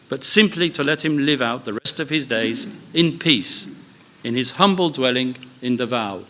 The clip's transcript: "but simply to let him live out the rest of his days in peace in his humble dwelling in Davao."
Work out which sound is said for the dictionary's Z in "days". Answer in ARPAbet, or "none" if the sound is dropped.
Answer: Z